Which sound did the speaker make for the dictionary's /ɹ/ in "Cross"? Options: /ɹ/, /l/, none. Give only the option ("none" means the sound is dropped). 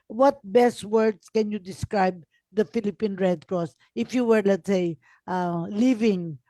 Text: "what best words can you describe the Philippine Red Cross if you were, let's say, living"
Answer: /ɹ/